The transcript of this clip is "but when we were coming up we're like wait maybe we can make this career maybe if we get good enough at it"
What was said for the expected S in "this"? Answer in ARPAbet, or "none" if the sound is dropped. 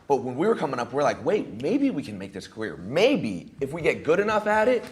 S